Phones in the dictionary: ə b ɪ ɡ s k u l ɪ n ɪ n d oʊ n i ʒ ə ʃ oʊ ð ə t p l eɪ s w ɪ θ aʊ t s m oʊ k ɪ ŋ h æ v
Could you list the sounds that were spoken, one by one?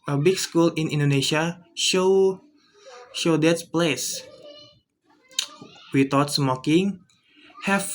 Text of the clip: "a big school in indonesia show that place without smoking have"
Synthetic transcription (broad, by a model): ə b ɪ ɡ s k u l ɪ n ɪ n d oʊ n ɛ ʃ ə ʃ oʊ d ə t p l eɪ s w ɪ t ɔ t s m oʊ k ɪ ŋ h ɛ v